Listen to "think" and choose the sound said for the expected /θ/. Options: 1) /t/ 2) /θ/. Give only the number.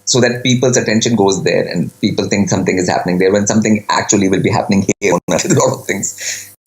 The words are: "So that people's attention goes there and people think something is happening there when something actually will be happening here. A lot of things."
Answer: 1